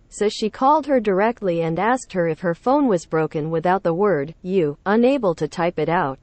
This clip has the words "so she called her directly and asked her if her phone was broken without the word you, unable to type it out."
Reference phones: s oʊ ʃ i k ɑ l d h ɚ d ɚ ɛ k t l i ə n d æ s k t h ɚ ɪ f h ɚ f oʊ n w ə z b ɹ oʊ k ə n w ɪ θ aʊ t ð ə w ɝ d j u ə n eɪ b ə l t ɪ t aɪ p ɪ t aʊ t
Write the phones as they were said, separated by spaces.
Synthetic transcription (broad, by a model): s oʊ ʃ i k ɑ l d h ɚ d ɚ ɛ k t l i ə n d æ s k t h ɚ ɪ f h ɚ f oʊ n w ə z b ɹ oʊ k ə n w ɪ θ aʊ t ð ə w ɝ d j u ə n eɪ b ə l t ɪ t aɪ p ɪ t aʊ t